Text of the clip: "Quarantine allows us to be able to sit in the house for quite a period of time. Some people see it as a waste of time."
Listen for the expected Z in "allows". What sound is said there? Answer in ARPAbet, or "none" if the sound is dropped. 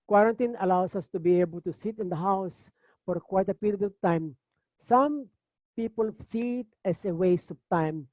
S